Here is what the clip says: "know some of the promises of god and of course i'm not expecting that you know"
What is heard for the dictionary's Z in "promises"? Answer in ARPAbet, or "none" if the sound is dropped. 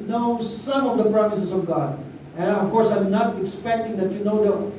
S